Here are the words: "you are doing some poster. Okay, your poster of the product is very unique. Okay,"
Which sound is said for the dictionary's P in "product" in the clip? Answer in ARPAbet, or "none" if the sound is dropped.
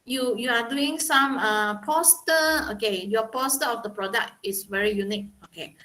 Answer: P